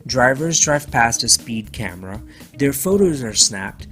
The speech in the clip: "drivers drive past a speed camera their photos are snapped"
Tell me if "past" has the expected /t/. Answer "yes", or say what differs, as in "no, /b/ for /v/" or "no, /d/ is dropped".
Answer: yes